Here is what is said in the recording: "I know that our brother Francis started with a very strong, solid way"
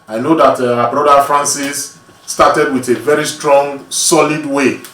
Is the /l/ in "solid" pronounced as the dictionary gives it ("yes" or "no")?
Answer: yes